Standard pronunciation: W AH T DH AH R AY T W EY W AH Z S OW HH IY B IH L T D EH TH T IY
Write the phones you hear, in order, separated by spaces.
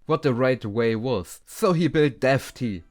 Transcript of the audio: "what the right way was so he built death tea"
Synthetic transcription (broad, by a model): W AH T DH AH R AY T W EY W AH Z S OW HH IY B IH L T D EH F T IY